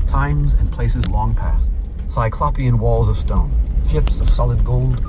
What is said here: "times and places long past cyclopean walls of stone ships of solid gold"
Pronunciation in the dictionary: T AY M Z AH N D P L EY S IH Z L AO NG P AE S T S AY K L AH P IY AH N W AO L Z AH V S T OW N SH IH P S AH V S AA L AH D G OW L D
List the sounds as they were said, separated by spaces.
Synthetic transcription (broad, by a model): T AY M Z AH N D P L EY S IH Z L AO NG P AE S T S AY K L AH P IY AH N W AO L Z AH V S T OW N SH IH P S AH V S AA L AH D G OW L D